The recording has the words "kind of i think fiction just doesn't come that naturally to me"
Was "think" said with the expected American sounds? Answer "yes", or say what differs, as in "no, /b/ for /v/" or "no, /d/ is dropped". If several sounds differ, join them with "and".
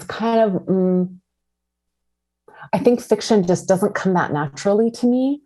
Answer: yes